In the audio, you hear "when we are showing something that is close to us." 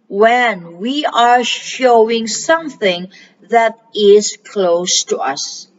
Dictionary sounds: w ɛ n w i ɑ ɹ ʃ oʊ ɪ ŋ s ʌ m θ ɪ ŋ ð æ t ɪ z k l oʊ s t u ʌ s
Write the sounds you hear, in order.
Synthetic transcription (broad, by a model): w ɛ n w i ɑ ɹ ʃ oʊ ɪ ŋ s ʌ m θ ɪ ŋ ð æ t ɪ z k l oʊ s t u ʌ s